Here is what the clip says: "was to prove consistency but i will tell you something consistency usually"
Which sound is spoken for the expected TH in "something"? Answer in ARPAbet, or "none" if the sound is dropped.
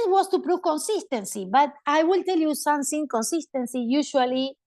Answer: S